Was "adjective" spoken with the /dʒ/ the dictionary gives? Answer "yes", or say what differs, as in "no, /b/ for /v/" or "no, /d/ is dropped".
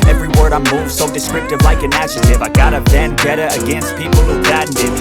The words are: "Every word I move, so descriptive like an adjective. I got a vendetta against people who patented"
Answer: no, /ʃ/ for /dʒ/